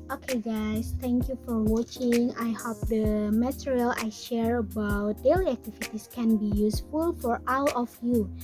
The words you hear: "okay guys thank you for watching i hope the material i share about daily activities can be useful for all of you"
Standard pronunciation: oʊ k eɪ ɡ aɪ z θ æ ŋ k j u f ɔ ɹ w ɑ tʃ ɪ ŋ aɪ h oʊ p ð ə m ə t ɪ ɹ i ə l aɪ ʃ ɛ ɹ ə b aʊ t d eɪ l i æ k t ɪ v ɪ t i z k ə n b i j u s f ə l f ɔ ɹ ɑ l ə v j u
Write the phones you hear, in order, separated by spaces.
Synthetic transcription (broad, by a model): oʊ k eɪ ɡ aɪ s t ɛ ŋ k j u f ɔ ɹ w ɑ tʃ ɪ ŋ aɪ h oʊ p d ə m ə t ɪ ɹ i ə l aɪ ʃ ɛ ɹ ə b aʊ t d eɪ l i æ k t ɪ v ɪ t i s k ə n b i j u s f ə l f ɔ ɹ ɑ w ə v j u